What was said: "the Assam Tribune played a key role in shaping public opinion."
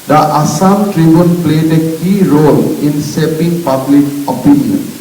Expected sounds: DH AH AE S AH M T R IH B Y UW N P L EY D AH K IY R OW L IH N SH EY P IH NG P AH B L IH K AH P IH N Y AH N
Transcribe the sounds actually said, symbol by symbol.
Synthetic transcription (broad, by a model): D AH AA S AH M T R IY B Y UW N P L EY D AH K IY R OW L IH N S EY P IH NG P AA B L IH K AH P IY N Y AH N